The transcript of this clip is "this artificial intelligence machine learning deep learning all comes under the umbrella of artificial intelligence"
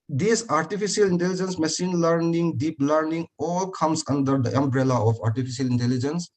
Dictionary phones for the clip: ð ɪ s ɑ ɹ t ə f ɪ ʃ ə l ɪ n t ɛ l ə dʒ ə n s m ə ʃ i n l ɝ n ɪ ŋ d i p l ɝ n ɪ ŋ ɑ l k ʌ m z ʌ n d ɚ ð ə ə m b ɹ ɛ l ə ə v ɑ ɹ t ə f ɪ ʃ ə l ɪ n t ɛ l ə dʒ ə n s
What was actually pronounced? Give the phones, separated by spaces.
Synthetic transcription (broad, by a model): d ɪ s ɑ ɹ t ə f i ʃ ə l ɪ n t ɛ l ə dʒ ə n s m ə s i n l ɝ n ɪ ŋ d i p l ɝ n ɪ ŋ ɑ l k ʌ m s ʌ n d ɚ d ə ə m b ɹ ɛ l ə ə p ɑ ɹ t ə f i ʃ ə l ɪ n t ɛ l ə dʒ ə n s